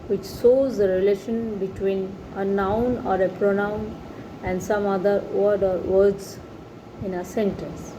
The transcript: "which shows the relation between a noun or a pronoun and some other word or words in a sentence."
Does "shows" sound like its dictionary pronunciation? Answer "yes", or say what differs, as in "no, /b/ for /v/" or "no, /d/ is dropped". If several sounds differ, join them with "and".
no, /s/ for /ʃ/